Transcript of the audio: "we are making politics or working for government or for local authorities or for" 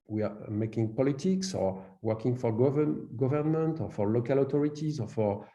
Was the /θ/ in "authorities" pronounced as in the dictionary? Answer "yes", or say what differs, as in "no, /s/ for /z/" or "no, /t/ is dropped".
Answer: no, /t/ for /θ/